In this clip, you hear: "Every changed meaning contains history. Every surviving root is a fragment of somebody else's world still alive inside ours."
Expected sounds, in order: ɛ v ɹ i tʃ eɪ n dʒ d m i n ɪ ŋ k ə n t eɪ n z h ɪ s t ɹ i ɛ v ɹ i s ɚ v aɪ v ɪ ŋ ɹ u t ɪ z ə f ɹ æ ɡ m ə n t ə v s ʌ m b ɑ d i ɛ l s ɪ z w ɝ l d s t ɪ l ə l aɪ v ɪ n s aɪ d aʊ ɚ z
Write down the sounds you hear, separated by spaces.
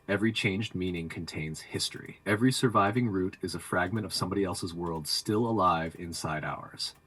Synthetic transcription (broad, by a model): ɛ v ɹ i tʃ eɪ n dʒ d m i n ɪ ŋ k ə n t eɪ n z h ɪ s t ɹ i ɛ v ɹ i s ɚ v aɪ v ɪ ŋ ɹ u t ɪ z ə f ɹ æ ɡ m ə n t ə v s ʌ m b ɑ d i ɛ l s ɪ z w ɝ l d s t ɪ l ə l aɪ v ɪ n s aɪ d aʊ ɚ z